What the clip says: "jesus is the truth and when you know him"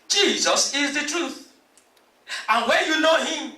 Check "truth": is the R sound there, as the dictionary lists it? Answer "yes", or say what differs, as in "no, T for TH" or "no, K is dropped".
yes